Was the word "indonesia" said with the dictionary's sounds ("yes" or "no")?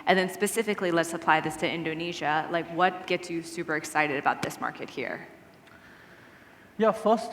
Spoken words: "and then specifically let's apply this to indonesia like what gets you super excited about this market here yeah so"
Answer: yes